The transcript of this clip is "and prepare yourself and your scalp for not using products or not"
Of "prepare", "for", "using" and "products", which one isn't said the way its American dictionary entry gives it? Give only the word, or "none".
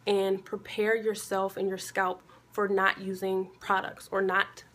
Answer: none